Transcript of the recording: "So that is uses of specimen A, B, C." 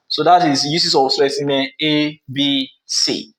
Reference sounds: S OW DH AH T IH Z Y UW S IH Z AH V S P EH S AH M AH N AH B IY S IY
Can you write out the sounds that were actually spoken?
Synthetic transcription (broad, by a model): S OW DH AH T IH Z Y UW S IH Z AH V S EH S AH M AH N AH B IY S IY